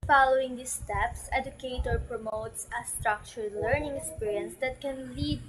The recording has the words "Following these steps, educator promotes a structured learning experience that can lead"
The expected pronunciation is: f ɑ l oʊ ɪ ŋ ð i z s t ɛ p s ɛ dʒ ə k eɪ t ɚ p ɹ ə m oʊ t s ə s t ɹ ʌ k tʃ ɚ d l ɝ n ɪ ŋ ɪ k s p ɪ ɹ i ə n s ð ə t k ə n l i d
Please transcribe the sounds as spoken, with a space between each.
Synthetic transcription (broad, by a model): f ɑ l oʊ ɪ ŋ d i s t ɛ p s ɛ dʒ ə k eɪ t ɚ p ɹ ə m oʊ t s ə s t ɹ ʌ k tʃ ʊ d l ɝ n ɪ ŋ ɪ k s p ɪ ɹ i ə n s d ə t k ə n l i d